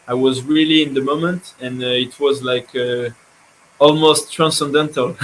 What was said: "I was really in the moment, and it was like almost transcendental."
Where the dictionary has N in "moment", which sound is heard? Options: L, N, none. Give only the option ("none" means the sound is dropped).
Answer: N